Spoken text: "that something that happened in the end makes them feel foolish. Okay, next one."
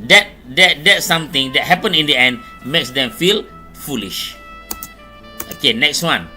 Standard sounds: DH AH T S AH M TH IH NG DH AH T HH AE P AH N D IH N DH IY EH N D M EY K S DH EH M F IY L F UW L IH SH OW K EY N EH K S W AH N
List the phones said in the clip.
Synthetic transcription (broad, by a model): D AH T S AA M T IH NG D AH T HH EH P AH N IH N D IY EH N D M EY K S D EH M F IY L F UW L IH SH OW K EY N EH K S W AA N